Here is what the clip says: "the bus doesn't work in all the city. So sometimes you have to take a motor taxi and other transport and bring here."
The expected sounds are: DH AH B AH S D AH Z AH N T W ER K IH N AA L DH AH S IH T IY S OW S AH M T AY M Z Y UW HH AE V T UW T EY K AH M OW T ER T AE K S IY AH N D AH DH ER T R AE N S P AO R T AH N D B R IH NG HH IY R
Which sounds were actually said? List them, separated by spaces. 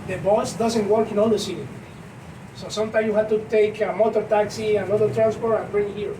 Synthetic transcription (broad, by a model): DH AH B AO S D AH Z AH N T W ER K IH N AA L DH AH S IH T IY S OW S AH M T AY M Y UW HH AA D T UW T EY K AH M OW T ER T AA K S IY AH N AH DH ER T R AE N S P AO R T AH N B R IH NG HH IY R